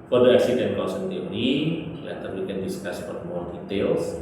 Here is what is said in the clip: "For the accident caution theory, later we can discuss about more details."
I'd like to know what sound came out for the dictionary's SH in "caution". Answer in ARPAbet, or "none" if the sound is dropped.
S